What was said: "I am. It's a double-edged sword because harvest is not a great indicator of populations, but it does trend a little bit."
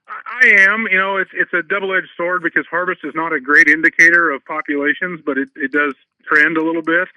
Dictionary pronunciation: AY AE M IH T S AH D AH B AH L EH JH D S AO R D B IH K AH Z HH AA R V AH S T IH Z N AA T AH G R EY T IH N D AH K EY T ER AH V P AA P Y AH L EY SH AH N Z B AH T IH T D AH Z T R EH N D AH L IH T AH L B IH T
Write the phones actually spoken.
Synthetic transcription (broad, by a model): AY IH M IH T S AH D AH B L EH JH S AO R D B IH K AH Z HH AA R V AH S T IH Z N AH T AH G R EY T IH N D AH K EY T ER AH V P AA P Y AH L EY SH AH N Z B AH T IH T D AH Z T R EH N D AH L IH T L B IH T